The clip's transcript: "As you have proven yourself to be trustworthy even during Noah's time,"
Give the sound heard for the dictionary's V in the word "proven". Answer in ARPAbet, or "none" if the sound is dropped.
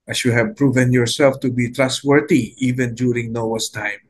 V